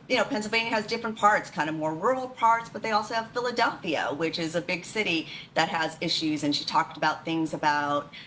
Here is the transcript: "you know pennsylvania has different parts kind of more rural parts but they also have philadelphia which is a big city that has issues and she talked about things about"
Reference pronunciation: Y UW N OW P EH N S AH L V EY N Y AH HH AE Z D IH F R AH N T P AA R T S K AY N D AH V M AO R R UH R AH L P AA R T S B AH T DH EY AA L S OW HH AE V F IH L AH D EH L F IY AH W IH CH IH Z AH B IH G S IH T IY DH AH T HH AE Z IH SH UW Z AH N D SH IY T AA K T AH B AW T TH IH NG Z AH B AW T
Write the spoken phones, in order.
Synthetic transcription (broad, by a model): Y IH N OW P EH N S L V EY N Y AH Z D IH F R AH N P AA R T S K AY N D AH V M AO R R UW R L P AA R T S B AH T DH EY AA L S OW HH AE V F IH L AH D EH L F IY AH W IH CH IH Z AH B IH G S IH T IY DH AH T HH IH Z IH SH UW Z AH N SH IY T AA K T AH B AW T TH IH NG Z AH B AW T